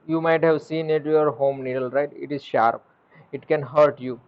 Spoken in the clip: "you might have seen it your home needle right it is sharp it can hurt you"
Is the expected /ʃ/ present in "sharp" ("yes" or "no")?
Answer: yes